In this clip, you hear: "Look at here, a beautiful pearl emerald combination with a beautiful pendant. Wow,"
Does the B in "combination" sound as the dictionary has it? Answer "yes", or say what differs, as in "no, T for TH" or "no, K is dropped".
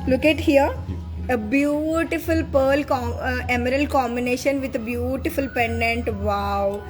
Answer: yes